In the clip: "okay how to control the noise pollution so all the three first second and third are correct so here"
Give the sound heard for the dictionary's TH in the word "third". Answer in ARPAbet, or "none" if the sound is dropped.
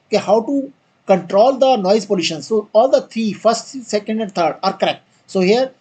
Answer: T